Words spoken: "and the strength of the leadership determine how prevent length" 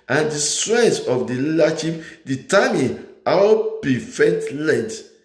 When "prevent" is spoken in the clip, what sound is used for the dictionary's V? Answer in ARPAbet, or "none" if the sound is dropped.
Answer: F